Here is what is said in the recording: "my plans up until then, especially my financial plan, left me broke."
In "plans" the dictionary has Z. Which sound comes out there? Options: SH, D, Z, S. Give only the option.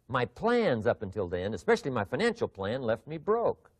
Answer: Z